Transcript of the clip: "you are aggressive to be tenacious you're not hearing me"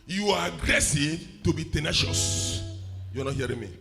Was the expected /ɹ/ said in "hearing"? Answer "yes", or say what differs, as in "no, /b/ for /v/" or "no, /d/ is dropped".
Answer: yes